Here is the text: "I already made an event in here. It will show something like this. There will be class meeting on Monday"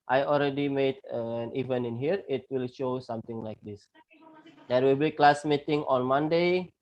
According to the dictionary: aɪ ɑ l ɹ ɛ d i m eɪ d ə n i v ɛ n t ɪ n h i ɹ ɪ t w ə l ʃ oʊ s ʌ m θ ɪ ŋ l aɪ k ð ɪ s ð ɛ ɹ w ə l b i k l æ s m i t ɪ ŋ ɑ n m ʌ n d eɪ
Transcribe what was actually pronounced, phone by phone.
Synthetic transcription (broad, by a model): aɪ ɑ l ɹ ɛ d i m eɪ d ə n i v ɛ n ɪ n h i ɹ ɪ t w ə l ʃ oʊ s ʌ m t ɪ ŋ l aɪ k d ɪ s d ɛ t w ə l b i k l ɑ s m i t ɪ ŋ ɑ n m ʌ n d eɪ